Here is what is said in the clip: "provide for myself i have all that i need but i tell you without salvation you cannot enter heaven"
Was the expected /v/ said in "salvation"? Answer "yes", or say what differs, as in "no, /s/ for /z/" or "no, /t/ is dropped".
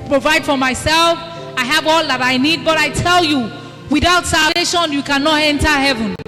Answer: no, /v/ is dropped